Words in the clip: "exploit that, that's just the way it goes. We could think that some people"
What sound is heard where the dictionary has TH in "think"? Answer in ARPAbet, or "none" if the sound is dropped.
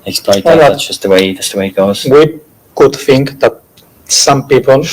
TH